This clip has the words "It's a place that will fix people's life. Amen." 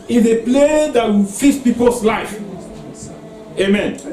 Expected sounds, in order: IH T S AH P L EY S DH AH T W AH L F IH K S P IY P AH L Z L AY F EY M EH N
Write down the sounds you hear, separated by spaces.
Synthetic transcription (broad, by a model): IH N AH P L EY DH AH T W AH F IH S P IY P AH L S L AY F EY M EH N